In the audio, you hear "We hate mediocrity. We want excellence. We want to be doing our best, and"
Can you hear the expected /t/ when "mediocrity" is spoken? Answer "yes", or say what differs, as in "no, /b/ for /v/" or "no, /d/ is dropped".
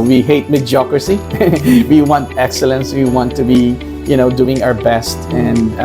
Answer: no, /s/ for /t/